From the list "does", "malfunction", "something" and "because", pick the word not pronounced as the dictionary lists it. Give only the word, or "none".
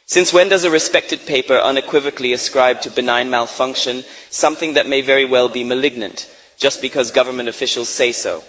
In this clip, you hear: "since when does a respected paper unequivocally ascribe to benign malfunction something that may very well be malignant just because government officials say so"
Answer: none